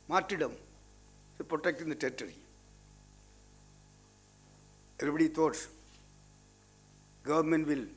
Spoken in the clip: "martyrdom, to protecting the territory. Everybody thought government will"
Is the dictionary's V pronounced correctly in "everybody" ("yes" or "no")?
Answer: no